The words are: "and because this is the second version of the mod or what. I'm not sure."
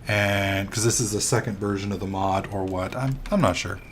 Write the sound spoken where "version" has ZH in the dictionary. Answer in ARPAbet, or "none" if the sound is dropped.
ZH